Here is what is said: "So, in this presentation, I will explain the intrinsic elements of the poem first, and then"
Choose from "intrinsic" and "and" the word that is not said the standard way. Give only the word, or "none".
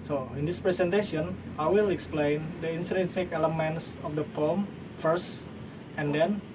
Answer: intrinsic